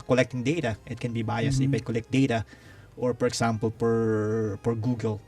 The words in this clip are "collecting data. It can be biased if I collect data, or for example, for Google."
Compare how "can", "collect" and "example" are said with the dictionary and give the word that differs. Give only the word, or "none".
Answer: example